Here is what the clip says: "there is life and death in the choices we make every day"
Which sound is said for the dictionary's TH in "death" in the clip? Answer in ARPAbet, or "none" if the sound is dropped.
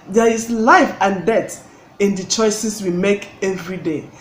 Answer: T